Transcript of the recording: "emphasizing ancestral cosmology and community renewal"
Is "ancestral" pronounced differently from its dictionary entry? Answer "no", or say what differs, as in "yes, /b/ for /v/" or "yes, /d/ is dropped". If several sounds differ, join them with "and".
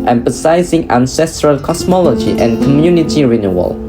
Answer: no